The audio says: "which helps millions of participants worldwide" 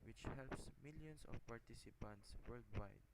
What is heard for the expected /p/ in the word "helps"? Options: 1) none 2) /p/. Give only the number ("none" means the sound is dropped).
2